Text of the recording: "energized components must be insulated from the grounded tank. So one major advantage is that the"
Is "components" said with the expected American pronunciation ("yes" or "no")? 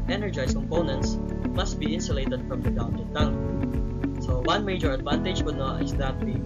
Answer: yes